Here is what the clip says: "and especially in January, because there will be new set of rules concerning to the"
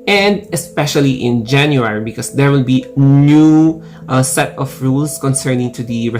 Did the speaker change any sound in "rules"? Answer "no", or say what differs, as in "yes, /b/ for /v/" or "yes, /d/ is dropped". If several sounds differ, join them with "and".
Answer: yes, /s/ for /z/